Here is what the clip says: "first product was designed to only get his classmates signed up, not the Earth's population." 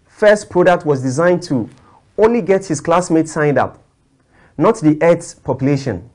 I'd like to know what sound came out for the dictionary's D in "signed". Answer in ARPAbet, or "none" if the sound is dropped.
D